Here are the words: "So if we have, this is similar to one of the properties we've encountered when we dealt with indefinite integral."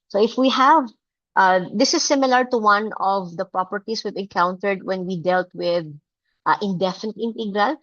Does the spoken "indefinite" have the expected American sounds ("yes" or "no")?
yes